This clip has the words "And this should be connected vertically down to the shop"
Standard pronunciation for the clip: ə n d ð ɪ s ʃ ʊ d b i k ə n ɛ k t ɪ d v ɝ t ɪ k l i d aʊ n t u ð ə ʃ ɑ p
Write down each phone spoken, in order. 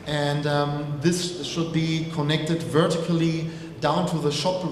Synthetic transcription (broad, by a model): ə n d ð ɪ s ʃ ʊ d b i k ə n ɛ k t ɪ d v ɝ t ɪ k l i d aʊ n t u ð ə ʃ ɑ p